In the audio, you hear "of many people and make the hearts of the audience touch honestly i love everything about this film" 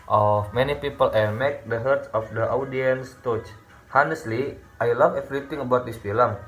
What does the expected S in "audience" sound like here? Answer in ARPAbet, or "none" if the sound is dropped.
S